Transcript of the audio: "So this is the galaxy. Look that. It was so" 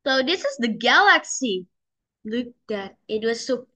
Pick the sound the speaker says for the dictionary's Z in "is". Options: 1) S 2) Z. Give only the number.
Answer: 2